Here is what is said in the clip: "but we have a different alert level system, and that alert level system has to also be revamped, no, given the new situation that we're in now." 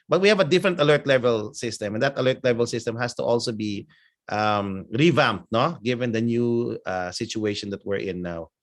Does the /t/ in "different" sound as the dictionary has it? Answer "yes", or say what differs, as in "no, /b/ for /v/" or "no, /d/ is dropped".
yes